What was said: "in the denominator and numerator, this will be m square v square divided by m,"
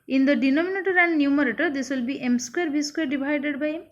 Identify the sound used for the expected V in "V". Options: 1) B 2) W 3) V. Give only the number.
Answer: 1